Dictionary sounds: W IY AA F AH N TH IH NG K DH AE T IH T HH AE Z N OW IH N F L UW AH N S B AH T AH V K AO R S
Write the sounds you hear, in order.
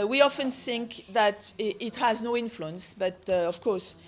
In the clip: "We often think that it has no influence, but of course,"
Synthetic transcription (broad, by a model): W IY AA F AH N TH IH NG K DH AE T IH T HH AE Z N OW IH N F L UW AH N S B AH T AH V K AO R S